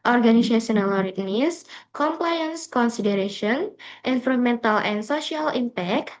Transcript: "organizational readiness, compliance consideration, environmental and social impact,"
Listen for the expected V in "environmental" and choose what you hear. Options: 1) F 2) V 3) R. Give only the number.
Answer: 1